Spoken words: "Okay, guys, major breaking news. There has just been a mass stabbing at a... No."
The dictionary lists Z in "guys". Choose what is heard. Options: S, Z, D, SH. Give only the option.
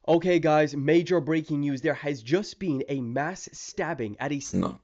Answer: Z